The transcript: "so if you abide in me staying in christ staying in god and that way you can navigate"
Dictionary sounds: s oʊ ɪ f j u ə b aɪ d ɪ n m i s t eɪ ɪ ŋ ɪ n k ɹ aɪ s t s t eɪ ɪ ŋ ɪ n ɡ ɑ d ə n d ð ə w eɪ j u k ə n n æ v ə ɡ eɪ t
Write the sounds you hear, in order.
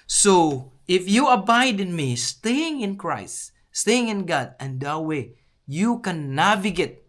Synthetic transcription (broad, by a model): s oʊ ɪ f j u ə b aɪ d ɪ n m i s t eɪ ɪ ŋ ɪ n k ɹ aɪ s t s t eɪ ɪ ŋ ɪ n ɡ ɑ d ə n d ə w eɪ j u k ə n n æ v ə ɡ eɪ t